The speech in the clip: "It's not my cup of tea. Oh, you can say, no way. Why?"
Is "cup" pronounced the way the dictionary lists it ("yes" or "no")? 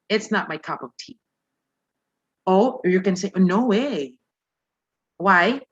yes